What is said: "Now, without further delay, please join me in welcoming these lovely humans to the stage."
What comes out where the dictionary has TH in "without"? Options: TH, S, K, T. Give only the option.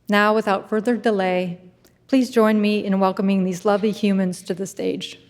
TH